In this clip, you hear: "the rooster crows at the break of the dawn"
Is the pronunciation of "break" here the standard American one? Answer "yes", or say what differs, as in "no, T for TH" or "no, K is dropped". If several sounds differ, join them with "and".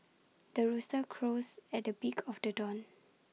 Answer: no, R is dropped